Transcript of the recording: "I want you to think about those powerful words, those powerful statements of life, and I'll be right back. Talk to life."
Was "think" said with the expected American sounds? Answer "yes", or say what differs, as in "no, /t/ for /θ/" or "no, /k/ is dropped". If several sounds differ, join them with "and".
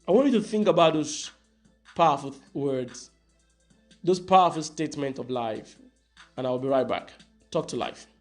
yes